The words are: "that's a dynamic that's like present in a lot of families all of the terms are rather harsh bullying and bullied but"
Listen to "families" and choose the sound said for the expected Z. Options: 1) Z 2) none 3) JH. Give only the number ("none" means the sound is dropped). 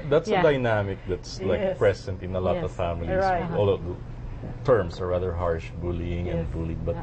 2